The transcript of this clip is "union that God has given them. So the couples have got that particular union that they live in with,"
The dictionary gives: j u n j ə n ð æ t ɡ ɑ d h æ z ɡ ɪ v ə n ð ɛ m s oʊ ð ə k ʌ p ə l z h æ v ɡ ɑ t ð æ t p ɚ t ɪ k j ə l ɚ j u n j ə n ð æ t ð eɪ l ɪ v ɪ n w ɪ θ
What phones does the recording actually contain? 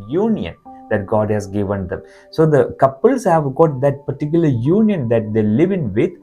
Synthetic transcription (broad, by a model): j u n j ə n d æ t ɡ ɑ d h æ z ɡ ɪ v ə n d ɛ m s oʊ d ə k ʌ p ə l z h æ v ɡ ɑ t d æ t p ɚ t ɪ k j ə l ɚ j u n j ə n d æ t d eɪ l ɪ v ɪ n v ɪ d